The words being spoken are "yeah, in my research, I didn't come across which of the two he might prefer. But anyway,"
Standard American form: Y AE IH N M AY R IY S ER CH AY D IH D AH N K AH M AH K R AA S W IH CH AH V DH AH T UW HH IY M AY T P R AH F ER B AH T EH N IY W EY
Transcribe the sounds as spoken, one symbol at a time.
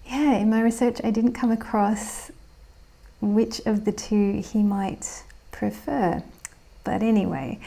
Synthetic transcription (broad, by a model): Y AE IH N M AY R IY S ER CH AY D IH D N K AH M AH K R AA S W IH CH AH V DH AH T UW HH IY M AY T P R AH F ER B AH T EH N IY W EY